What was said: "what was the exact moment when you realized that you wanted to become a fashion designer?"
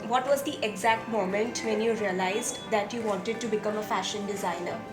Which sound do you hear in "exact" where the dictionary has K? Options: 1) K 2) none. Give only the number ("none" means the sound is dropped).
1